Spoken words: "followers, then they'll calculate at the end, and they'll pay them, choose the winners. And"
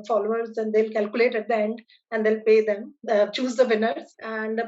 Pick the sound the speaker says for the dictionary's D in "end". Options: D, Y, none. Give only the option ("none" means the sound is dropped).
D